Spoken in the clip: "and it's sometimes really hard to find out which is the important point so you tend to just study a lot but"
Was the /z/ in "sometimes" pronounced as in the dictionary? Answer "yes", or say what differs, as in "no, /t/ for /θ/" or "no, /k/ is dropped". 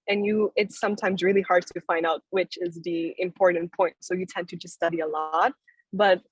yes